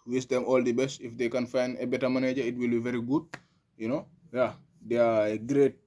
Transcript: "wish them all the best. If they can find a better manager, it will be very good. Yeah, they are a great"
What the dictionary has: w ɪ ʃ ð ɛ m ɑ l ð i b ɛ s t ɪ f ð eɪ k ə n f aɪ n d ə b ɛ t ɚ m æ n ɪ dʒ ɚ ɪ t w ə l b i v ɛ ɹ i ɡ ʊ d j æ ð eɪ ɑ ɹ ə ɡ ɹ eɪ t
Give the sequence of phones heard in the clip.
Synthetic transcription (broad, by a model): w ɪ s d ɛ m ɑ l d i b ɛ s t ɪ f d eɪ k ə n f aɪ n ə b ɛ t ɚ m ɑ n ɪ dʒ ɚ ɪ t w ə l b i v ɛ ɹ i ɡ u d j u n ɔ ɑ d ə ɡ ɹ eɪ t